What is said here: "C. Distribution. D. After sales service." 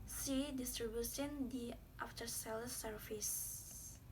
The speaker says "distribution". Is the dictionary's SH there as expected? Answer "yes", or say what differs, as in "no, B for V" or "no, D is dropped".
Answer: no, S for SH